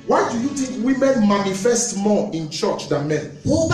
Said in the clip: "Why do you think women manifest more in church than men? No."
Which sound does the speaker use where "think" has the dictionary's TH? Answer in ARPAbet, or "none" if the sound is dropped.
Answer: T